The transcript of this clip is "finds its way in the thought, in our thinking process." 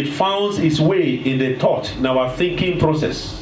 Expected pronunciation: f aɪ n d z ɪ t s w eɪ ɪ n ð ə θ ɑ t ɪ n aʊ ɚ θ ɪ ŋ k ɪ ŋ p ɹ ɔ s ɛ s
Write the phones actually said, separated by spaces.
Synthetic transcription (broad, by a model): f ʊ n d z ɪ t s w eɪ ɪ n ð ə t ɑ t ɪ n aʊ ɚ θ ɪ ŋ k ɪ ŋ p ɹ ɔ s ɛ s